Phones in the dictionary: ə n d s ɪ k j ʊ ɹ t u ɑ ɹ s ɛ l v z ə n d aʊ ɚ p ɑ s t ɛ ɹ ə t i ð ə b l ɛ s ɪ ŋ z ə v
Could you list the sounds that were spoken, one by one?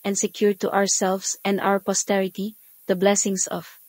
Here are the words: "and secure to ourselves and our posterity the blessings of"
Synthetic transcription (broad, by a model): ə n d s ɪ k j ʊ ɹ t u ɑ ɹ s ɛ l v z ə n d aʊ ɚ p ɑ s t ɛ ɹ ə t i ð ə b l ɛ s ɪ ŋ s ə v